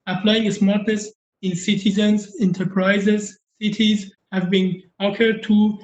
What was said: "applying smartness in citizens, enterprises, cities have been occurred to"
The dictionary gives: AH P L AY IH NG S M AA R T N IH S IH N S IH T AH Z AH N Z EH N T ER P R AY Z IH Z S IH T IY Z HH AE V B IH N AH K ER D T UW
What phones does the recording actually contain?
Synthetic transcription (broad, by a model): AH P L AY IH NG S M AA R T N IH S IH N S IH T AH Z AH N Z EH N T ER P R AY Z IH Z S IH T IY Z HH AE V B IH N AH K ER D T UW